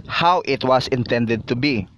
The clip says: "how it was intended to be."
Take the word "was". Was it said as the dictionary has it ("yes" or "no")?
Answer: no